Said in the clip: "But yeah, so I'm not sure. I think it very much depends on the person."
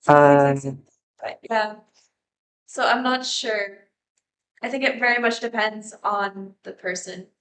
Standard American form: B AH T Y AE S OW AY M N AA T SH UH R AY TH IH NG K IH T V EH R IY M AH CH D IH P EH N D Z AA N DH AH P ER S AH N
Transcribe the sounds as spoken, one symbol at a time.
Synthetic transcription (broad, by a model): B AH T Y AE S OW AY M N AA T SH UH R AY TH IH NG K IH T V EH R IY M AH CH D IH P EH N D Z N DH AH P ER S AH N